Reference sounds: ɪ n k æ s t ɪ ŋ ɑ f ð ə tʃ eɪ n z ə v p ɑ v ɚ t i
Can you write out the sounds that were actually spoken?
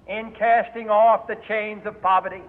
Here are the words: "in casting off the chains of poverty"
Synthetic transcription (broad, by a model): ɪ n k æ s t ɪ ŋ ɑ f ð ə tʃ eɪ n z ə v p ɑ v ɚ t i